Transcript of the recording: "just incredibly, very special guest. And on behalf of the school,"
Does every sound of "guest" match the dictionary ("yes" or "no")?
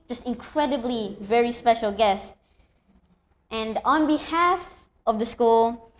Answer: yes